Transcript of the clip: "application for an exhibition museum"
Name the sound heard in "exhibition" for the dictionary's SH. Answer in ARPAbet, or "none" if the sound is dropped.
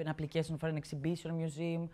S